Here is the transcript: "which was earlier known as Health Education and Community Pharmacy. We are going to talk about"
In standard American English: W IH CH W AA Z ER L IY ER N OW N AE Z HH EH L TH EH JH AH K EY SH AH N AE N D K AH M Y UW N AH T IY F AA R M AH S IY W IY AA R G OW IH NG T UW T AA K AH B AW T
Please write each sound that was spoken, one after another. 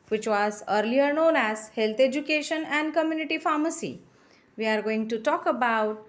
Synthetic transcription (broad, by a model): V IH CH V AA Z ER L IY ER N OW N AE Z HH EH L T EH JH AH K EY SH AH N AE N D K AH M Y UW N AH T IY F AA R M AH S IY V IY AA R G OW IH NG T UW T AA K AH B AW T